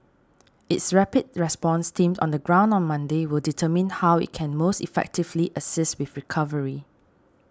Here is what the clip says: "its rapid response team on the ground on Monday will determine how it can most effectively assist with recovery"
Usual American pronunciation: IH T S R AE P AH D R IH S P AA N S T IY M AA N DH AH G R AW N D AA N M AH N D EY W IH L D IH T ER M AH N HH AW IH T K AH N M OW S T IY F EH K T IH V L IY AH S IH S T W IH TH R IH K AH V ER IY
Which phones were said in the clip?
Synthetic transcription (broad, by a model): IH T S R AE P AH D R IH S P AA N S T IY M AA N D AH G R AW N D AA N M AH N D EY W IH L D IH T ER M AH N HH AW IH T K AH N M OW S T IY F EH K T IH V L IY AH S IH S T W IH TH R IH K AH V ER IY